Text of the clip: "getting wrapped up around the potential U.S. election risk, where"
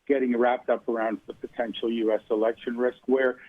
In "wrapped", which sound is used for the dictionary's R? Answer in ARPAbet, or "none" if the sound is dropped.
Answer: R